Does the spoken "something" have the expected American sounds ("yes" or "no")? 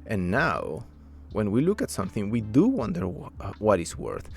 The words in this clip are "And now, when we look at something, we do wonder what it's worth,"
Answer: yes